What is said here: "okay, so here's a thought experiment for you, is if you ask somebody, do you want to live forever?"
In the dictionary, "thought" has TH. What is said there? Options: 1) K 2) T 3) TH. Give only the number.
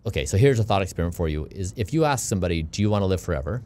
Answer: 3